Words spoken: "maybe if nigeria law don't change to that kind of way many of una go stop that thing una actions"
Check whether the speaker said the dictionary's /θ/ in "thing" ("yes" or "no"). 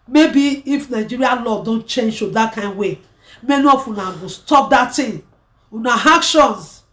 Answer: no